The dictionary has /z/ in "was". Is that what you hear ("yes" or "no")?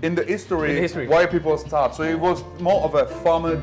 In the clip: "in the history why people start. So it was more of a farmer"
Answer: yes